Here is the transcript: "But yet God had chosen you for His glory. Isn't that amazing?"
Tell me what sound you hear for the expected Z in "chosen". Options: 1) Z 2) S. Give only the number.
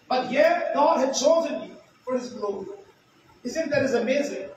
1